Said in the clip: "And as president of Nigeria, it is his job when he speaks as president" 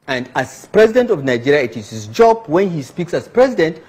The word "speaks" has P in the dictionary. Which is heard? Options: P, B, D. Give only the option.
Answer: P